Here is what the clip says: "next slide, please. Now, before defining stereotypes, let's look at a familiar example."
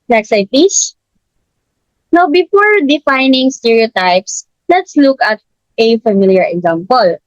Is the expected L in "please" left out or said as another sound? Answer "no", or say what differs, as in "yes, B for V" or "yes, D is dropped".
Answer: yes, L is dropped